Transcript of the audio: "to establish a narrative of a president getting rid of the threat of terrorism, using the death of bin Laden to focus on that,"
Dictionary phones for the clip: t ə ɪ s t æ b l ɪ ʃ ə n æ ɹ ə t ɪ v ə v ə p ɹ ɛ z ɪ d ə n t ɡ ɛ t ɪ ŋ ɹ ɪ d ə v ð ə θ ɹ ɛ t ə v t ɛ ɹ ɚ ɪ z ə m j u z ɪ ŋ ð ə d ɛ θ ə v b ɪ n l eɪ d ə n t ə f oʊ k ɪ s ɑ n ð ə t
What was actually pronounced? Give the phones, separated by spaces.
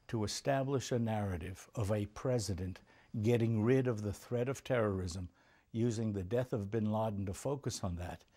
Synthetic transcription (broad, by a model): t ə ɪ s t æ b l ɪ ʃ ə n æ ɹ ə t ɪ v ə v ə p ɹ ɛ z ɪ d ə n t ɡ ɛ t ɪ ŋ ɹ ɪ d ə v ð ə θ ɹ ɛ t ə v t ɛ ɹ ɚ ɪ z ə m j u z ɪ ŋ ð ə d ɛ θ ə v b ɪ n l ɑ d n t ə f oʊ k ɪ s n ð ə t